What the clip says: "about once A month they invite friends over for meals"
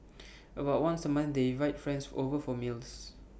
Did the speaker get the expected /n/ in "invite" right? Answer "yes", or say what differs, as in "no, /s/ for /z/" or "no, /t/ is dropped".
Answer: no, /n/ is dropped